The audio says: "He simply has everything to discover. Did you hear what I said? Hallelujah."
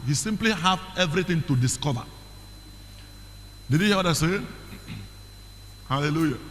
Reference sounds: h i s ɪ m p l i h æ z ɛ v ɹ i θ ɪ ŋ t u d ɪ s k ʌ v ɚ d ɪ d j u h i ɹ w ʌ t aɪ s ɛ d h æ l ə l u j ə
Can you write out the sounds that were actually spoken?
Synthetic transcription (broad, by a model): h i s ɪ m p l i h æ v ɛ v ɹ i t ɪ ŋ t u d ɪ s k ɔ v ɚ d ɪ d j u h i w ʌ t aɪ s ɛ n h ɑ l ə l u j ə